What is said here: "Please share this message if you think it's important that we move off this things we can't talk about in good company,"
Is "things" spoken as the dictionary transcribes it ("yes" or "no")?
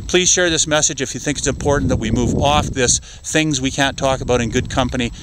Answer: yes